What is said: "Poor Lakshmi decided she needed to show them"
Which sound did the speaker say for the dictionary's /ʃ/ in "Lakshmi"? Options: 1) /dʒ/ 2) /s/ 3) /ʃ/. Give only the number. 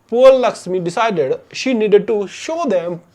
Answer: 2